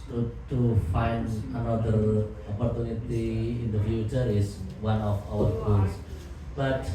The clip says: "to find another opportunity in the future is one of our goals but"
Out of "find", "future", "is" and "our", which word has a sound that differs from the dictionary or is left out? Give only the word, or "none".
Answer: is